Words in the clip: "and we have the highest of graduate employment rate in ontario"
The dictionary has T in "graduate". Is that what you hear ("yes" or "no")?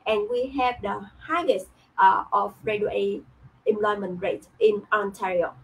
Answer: no